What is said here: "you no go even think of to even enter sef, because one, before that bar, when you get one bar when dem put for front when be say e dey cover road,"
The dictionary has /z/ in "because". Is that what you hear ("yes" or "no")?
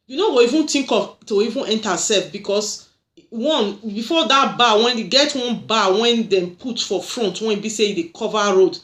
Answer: no